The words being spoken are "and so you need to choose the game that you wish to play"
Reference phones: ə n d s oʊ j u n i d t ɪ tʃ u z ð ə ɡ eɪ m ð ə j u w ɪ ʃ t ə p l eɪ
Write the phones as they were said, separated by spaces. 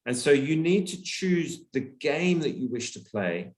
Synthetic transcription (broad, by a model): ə n s oʊ j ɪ n i d t ɪ tʃ u z ð ə ɡ eɪ m ð ə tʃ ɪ w ɪ ʃ t ə p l eɪ